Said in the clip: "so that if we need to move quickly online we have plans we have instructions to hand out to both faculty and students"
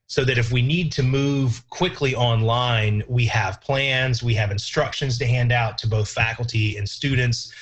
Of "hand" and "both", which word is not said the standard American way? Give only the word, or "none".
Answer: none